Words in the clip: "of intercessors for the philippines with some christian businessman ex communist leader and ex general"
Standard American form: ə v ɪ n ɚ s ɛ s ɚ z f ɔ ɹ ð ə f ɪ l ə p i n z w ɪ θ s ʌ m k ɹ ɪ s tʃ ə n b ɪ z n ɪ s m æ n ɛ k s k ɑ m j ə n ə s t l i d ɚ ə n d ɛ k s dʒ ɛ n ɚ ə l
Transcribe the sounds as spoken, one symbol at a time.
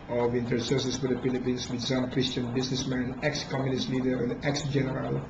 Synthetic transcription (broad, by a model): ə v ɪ n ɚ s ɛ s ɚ s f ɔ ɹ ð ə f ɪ l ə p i n s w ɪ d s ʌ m k ɹ ɪ s tʃ ə n b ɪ s n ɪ s m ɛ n ɛ k s k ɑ m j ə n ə s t l i d ɚ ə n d ɛ k s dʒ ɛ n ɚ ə l